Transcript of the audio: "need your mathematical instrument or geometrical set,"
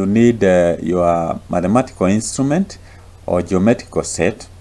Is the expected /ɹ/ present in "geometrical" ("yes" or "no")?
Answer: no